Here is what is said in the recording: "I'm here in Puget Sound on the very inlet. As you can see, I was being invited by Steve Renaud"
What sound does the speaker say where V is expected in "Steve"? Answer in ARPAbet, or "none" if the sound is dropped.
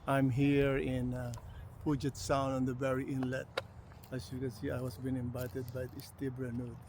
B